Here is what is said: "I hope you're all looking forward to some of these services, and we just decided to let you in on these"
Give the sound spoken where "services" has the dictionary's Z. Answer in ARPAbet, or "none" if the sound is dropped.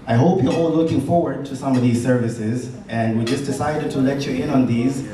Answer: Z